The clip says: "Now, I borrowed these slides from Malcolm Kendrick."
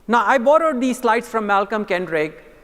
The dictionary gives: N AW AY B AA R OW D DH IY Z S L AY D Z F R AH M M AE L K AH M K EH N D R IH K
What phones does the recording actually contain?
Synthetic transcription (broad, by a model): N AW AY B AA R OW D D IY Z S L AY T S F R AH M M AE L K AH M K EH N D R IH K